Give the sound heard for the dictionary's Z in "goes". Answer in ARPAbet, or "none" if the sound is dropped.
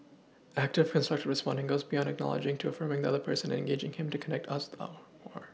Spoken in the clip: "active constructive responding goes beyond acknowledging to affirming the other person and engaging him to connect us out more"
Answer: Z